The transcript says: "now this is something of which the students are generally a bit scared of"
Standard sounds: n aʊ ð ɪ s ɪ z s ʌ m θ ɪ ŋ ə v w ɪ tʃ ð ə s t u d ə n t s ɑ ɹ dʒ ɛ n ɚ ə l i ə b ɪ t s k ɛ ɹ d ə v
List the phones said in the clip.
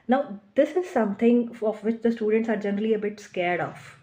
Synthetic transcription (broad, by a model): n aʊ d ɪ s ɪ z s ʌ m t ɪ ŋ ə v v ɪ tʃ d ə s t u d ə n t s ɑ ɹ dʒ ɛ n ɚ ə l i ə b ɪ t s k ɛ ɹ d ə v